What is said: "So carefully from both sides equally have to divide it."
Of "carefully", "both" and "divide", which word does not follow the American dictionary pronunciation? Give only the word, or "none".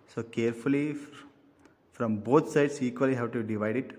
both